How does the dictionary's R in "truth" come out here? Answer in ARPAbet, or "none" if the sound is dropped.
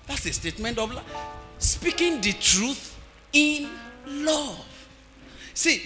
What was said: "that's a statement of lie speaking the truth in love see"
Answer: R